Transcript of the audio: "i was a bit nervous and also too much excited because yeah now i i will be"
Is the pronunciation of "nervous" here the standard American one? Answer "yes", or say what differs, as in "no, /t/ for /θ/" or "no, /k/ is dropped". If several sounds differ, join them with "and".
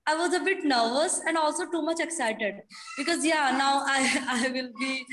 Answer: yes